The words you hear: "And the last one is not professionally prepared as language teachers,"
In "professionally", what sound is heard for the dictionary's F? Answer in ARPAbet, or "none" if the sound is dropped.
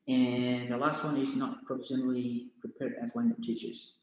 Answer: P